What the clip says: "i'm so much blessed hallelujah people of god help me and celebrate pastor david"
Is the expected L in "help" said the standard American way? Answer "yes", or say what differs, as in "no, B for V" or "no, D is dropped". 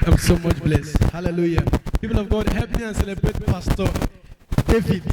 no, L is dropped